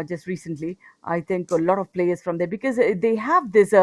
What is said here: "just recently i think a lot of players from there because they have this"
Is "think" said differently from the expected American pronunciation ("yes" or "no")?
yes